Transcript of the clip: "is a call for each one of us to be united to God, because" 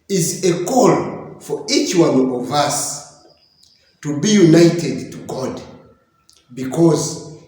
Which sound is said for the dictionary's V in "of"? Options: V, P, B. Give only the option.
V